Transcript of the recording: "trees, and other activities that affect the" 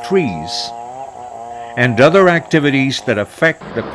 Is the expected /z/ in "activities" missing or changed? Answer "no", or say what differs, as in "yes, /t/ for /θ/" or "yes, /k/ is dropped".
no